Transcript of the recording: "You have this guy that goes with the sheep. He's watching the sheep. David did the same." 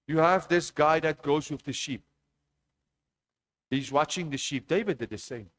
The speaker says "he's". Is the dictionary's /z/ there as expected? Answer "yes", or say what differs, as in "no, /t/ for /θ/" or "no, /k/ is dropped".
yes